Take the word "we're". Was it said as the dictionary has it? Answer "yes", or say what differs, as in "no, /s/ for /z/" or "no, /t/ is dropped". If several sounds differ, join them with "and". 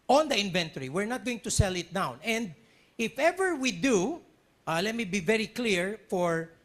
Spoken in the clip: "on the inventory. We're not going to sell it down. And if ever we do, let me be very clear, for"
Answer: yes